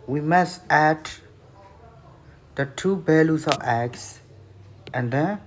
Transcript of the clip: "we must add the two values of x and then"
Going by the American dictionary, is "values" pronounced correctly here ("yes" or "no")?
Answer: no